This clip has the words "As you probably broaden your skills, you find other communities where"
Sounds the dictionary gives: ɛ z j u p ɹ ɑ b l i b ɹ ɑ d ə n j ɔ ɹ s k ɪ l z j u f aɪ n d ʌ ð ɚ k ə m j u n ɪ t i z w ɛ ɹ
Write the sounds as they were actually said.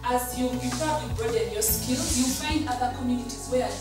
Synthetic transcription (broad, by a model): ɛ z j u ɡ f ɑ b i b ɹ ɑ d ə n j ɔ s k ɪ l j u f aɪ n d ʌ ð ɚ k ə m j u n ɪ t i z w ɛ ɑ